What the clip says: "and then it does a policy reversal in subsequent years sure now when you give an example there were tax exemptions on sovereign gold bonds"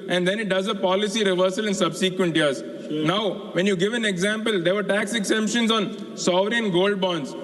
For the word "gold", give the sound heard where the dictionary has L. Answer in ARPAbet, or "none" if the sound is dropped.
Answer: L